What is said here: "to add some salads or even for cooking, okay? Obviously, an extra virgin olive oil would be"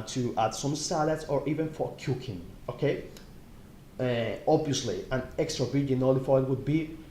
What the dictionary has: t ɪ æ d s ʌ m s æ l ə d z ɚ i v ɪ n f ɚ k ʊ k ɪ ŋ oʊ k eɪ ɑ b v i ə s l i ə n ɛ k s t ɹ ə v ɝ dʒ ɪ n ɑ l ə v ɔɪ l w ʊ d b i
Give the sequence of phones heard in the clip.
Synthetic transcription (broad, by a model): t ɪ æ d s ʌ m s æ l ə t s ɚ i v ɪ n f ɚ k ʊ k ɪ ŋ oʊ k eɪ ɑ b v i ə s l i ə n ɛ k s t ɹ ə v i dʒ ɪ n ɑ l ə f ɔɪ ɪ w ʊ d b i